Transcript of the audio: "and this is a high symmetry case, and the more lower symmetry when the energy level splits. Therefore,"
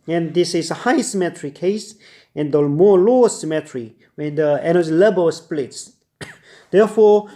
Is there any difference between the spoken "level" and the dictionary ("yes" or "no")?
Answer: yes